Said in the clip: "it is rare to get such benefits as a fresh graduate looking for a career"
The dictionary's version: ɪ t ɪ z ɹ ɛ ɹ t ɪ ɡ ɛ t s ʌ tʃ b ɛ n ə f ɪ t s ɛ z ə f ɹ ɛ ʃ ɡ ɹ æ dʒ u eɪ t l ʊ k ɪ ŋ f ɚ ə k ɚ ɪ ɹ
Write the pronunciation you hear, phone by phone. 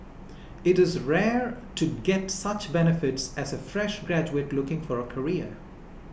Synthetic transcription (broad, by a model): ɪ t ɪ z ɹ ɛ ɹ t ɪ ɡ ɛ t s ʌ tʃ b ɛ n ə f ɪ t s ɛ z ə f ɹ ɛ ʃ ɡ ɹ æ dʒ u eɪ t l ʊ k ɪ ŋ f ɚ ə k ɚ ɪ ɹ